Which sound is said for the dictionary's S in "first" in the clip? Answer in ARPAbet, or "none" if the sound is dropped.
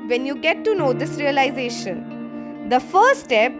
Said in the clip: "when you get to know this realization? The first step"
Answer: none